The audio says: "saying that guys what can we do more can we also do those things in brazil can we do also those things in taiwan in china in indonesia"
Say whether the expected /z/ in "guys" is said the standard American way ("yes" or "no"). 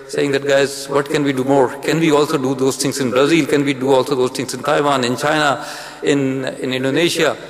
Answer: yes